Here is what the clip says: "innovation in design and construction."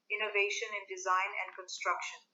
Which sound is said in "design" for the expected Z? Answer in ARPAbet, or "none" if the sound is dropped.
Z